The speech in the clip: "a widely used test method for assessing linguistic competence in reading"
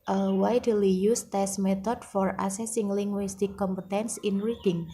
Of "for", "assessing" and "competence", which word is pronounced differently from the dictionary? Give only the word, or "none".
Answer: none